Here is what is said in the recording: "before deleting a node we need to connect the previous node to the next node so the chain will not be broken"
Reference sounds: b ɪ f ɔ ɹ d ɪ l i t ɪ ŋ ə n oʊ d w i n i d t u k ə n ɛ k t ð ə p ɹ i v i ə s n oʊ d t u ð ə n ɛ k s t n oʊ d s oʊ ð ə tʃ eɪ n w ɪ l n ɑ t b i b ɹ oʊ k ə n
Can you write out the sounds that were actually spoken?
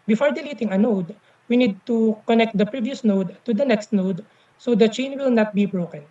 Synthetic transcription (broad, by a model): b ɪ f ɔ ɹ d ɪ l i t ɪ ŋ ə n oʊ d w i n i d t u k ə n ɛ k t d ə p ɹ i v i ə s n oʊ d t u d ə n ɛ k s t n oʊ d s oʊ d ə tʃ eɪ n w ɪ l n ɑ t b i b ɹ oʊ k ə n